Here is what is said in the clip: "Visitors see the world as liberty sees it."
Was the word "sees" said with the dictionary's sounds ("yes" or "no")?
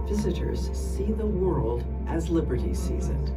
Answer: yes